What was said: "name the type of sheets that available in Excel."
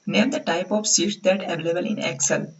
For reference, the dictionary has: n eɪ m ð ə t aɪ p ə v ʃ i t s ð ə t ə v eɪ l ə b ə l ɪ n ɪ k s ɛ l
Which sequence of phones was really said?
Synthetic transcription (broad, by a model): n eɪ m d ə t aɪ p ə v s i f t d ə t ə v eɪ l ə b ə l ɪ n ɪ k s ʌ l